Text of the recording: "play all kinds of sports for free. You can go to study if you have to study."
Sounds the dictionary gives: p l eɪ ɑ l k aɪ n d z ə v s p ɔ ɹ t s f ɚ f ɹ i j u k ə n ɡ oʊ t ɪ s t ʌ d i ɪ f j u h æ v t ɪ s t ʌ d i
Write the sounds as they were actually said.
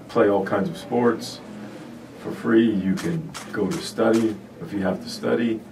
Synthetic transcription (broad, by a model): p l eɪ ɑ l k aɪ n d z ə v s p ɔ ɹ t s f ɚ f ɹ i j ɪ k ə n ɡ oʊ t ɪ s t ʌ d i ɪ f j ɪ h æ f t ɪ s t ʌ d i